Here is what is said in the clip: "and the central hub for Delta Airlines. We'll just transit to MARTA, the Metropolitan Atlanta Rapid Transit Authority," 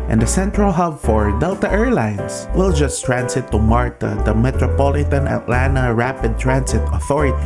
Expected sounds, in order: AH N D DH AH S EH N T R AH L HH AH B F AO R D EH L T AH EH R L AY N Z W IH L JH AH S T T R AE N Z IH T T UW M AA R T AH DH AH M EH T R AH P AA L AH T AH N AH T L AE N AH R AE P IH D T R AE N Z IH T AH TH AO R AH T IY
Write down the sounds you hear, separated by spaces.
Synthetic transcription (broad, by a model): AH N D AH S EH N T R AH L HH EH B F AO R D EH L T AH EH R L AY N S W IH L JH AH S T T R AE N S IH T T UW M AA R T AH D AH M EH T R AH P AA L AH T AH N AH T L AE N AH R AE P IH D T R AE N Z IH T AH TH AO R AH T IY